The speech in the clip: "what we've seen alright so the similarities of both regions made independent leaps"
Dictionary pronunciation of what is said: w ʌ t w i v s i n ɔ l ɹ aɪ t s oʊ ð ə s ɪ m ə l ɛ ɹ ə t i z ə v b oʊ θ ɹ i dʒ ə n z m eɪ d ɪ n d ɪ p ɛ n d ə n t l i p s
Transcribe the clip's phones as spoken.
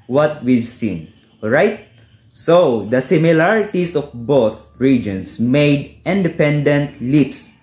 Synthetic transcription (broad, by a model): w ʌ t w i v s i n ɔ ɹ aɪ t s oʊ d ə s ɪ m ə l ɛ ɹ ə t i s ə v b oʊ θ ɹ i dʒ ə n s m eɪ d ɪ n d ɪ p ɛ n d ə n t l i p s